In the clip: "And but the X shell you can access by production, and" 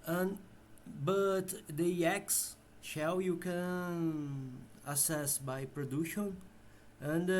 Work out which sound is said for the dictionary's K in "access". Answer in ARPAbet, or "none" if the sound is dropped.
none